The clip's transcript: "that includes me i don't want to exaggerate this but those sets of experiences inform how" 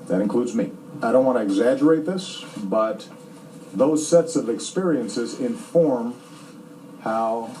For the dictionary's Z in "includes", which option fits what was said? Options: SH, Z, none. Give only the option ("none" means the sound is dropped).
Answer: Z